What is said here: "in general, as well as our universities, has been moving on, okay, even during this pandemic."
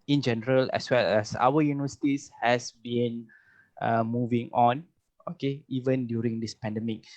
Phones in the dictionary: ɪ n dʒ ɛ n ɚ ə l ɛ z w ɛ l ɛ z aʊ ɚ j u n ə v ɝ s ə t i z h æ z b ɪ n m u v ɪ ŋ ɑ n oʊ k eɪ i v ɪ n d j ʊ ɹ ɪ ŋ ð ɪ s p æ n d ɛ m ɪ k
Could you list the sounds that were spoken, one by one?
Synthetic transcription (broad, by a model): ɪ n dʒ ɛ n ɚ ə l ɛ s w ɛ l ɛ s aʊ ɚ j u n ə v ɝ s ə t i s h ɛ s b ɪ n m u v ɪ ŋ ɑ n oʊ k eɪ i v ɪ n d j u ɹ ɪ ŋ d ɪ s p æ n d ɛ m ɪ k